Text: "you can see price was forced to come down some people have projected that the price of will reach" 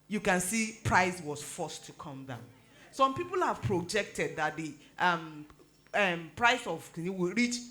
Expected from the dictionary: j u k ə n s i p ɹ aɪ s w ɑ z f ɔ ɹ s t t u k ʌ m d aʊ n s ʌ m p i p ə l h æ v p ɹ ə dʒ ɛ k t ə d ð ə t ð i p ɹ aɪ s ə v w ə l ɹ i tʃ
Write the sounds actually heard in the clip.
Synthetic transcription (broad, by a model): j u k ə n s i p ɹ aɪ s w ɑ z f ɔ s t t u k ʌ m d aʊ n s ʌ m p i p ə l h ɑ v p ɹ ə dʒ ɛ k t ə d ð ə t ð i p ɹ aɪ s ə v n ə w ɹ i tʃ